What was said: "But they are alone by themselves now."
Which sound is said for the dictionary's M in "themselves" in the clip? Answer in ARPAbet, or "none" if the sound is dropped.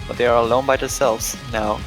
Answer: none